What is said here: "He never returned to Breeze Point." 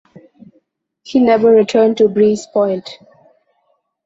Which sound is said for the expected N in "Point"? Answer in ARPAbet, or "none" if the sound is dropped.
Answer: L